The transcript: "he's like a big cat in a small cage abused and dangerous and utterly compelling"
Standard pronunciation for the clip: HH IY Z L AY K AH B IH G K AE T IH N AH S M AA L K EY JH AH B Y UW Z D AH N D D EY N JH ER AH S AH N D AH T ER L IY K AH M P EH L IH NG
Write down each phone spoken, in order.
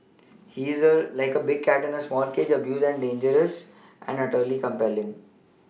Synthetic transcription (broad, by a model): HH IY Z L AY K AH B IH G K AE T IH N AH S M AA L K EY JH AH B Y UW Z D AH N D D EY N JH ER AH S AH N D AH T ER L IY K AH M P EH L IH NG